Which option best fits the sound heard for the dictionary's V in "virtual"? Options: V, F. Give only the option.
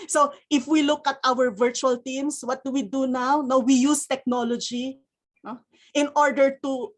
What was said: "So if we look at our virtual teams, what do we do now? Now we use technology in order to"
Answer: V